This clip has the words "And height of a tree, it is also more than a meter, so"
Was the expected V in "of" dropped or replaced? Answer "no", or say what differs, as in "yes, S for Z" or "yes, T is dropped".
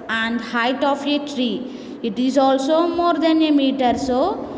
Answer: yes, P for V